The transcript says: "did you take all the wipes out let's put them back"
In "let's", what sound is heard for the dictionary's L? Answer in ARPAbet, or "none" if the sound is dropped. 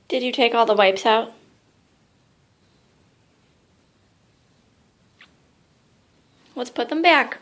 W